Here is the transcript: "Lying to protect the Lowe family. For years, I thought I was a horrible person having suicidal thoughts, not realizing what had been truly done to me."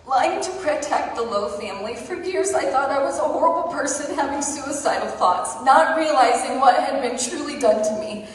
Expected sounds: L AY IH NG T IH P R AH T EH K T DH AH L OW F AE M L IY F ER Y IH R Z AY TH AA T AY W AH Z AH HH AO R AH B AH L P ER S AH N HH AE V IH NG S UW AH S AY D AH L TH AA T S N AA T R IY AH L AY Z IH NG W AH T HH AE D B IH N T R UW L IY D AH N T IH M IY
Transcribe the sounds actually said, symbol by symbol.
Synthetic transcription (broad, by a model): L AY IH NG T IH P R AH T EH K T DH AH L OW F AE M L IY F ER Y IH R Z AY TH AA T AY W AH Z AH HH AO R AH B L P ER S AH N HH AE V IH NG S UW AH S AY D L TH AA T S N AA T R IY AH L AY Z IH NG W AH T HH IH D B IH N T R UW L IY D AH N T IH M IY